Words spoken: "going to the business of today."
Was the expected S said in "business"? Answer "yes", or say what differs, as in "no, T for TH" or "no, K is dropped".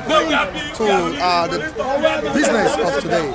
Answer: yes